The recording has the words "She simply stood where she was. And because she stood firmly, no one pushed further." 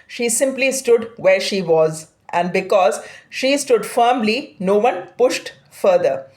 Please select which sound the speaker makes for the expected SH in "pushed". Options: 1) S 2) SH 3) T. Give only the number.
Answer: 2